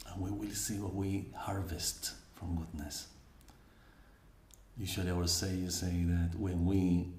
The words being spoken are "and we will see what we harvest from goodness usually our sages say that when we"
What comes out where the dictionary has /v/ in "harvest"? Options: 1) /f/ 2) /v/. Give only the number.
2